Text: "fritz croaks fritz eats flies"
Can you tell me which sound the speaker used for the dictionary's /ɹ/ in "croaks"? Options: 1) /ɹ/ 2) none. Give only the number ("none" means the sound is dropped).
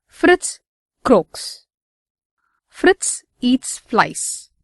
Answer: 1